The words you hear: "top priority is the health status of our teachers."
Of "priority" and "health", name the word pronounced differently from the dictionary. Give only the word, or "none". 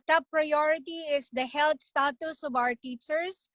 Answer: health